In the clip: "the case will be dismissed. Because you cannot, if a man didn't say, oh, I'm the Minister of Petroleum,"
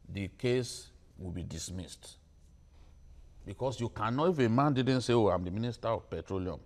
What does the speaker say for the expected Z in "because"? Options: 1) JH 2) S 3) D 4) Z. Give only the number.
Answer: 2